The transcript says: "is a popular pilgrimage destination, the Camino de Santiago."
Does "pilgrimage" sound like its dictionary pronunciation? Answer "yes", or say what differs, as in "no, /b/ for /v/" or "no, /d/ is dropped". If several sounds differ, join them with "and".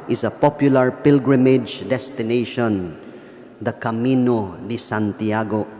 yes